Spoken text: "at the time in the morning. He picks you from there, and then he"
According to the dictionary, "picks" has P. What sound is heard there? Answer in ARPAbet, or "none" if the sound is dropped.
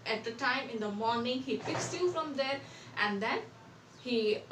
F